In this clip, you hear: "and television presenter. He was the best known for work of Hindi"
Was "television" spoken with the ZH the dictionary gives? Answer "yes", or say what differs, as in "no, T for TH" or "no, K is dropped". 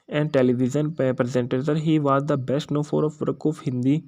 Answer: no, Z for ZH